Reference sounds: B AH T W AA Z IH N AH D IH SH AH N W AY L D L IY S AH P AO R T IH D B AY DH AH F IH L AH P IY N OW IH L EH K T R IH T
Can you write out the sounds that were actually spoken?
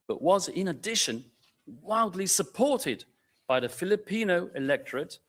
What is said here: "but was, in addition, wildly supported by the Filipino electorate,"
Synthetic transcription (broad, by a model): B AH T W AA Z IH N AH D IH SH AH N W AY L D L IY S AH P AO R T IH D B AY DH AH F IH L AH P IY N OW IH L EH K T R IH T